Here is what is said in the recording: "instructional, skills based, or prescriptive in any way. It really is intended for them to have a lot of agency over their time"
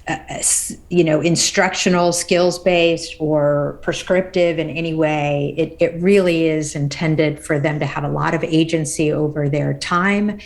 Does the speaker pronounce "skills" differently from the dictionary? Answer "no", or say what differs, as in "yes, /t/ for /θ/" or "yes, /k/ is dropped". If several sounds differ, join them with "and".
no